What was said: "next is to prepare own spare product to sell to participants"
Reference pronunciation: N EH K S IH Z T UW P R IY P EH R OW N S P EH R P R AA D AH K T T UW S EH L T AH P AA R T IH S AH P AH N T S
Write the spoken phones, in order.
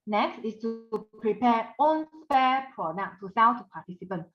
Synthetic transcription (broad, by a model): N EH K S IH S T UW P R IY P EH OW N S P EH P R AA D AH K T T UW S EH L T P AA T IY S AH P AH N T